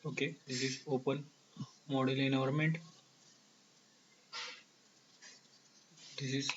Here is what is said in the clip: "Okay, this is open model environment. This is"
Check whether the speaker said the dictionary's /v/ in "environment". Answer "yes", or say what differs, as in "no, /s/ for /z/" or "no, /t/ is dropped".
no, /v/ is dropped